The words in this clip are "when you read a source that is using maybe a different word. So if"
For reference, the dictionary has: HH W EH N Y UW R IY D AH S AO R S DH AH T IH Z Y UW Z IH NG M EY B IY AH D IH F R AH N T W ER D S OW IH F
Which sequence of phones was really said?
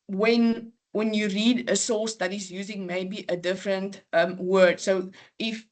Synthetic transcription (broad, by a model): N W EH N Y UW R IY D AH S AO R S DH AH T IH Z Y UW Z IH NG M EY B IY AH D IH F R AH N T W ER D S OW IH F